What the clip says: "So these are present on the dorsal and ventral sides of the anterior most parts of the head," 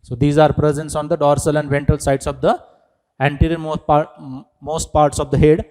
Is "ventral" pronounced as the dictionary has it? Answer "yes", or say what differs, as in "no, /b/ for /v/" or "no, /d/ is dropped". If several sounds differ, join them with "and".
no, /ɹ/ is dropped